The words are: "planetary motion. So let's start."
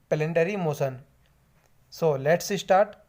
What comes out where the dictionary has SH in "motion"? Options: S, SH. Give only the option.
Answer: S